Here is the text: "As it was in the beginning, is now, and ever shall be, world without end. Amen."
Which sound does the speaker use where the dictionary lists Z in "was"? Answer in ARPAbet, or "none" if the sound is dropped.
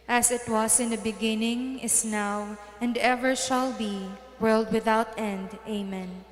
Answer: S